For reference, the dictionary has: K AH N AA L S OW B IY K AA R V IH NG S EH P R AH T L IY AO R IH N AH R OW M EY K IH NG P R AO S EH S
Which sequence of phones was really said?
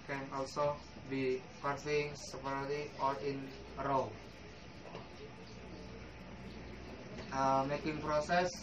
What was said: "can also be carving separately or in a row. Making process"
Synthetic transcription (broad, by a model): K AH N AA L S OW B IY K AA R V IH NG S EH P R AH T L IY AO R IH N AH L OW M EY K IH NG P R AO S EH S